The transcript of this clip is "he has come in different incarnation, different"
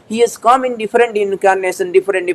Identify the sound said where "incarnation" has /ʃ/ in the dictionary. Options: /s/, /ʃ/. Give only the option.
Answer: /s/